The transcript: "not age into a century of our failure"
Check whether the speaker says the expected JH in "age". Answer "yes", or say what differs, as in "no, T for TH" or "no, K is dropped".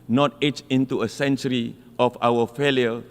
no, CH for JH